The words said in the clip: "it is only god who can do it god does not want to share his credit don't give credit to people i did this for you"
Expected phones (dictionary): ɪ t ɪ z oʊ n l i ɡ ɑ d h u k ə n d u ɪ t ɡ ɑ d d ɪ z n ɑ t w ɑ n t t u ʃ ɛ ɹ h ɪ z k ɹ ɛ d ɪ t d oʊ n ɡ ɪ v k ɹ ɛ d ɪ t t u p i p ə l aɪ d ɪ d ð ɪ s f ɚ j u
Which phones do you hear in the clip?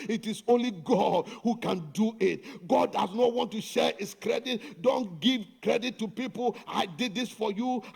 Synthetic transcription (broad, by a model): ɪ t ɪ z oʊ n l i ɡ ɑ d h u k ə n d u ɪ t ɡ ɑ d d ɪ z n ɑ t w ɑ n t t u ʃ ɛ ɹ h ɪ s k ɹ ɛ d ɪ t d oʊ n ɡ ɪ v k ɹ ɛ d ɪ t t u p i p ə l aɪ d ɪ d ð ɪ s f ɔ j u